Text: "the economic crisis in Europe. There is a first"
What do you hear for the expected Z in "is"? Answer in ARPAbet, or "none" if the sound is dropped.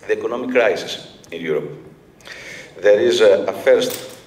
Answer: Z